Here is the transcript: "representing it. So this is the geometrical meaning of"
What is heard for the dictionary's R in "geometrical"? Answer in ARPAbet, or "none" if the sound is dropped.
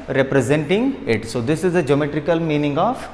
R